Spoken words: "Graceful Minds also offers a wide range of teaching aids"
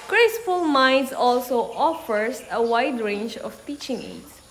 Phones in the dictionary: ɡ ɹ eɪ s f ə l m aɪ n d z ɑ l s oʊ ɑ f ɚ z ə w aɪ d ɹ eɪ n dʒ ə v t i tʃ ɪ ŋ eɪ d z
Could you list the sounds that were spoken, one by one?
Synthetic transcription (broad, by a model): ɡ ɹ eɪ s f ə l m aɪ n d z ɑ l s oʊ ɑ f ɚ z ə w aɪ d ɹ eɪ n dʒ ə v t i tʃ ɪ ŋ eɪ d